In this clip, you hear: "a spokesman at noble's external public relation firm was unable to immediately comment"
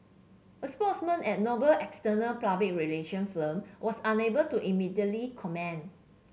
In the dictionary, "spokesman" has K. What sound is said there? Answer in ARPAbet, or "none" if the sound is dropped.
none